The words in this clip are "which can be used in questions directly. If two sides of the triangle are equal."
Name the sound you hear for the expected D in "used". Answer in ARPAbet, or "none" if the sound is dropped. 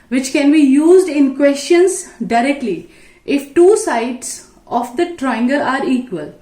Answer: D